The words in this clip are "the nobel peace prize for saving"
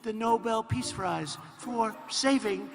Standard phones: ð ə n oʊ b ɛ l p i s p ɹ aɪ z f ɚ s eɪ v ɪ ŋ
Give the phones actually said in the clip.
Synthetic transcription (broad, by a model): ð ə n oʊ b ɛ l p i s f ɹ aɪ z f ɚ s eɪ v ɪ ŋ